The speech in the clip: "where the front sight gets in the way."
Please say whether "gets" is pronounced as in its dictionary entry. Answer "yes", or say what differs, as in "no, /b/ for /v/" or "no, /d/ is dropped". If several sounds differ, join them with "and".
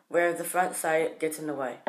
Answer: no, /s/ is dropped